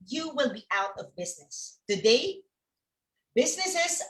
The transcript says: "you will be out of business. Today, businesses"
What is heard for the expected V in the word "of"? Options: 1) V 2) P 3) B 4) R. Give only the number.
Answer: 1